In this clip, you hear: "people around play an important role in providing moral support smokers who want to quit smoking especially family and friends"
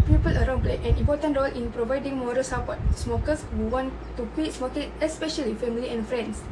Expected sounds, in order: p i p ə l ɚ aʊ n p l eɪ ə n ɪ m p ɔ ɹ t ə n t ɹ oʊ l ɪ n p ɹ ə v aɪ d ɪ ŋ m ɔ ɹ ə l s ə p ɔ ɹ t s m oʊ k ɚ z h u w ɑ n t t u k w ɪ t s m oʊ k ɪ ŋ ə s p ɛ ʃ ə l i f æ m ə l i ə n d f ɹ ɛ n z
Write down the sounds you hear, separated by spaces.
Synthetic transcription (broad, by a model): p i p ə l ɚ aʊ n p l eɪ ə n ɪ m p ɔ t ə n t ɹ oʊ l ɪ n p ɹ ə v aɪ d ɪ ŋ m ɔ ɹ ə l s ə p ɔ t s m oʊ k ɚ s h u w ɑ n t t u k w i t s m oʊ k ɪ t ə s p ɛ ʃ ə l i f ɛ m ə l i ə n f ɹ ɛ n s